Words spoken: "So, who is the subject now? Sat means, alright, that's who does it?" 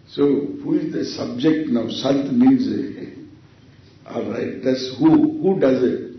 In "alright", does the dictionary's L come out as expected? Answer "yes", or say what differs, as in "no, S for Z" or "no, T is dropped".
no, L is dropped